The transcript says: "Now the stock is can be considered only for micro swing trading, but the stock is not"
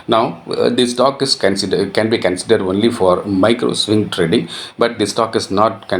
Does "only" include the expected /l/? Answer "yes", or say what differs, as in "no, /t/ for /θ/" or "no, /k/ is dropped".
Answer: yes